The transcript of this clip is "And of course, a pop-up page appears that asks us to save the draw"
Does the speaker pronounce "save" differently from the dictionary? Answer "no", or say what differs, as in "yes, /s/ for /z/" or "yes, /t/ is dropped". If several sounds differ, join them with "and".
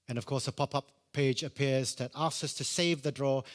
no